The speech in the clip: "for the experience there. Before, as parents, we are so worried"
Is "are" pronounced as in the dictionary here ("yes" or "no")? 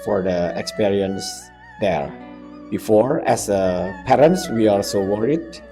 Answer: no